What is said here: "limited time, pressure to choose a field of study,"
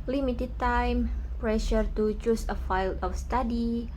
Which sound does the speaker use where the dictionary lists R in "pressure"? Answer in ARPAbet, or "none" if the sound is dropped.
R